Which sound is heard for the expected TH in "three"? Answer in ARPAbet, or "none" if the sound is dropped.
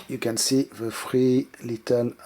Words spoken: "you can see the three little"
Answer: F